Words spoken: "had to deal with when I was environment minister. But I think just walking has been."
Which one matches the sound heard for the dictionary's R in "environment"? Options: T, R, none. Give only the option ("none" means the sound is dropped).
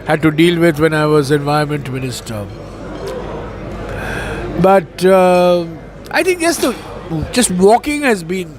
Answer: none